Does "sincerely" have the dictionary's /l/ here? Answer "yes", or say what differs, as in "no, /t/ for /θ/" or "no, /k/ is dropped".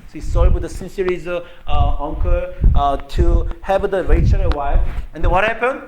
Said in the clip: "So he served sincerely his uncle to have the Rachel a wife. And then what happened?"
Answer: no, /l/ is dropped